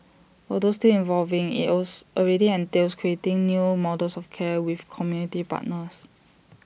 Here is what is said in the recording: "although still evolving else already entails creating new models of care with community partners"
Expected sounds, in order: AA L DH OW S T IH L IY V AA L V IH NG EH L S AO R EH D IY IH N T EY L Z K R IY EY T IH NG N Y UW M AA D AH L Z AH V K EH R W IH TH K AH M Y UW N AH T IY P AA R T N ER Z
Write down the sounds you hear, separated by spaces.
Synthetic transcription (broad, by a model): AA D OW S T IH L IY V AA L V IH NG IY W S AO R EH D IY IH N T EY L S K R IY EY T IH NG N Y UW M AA D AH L S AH F K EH W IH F K AH M Y UW N AH T IY P AA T N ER S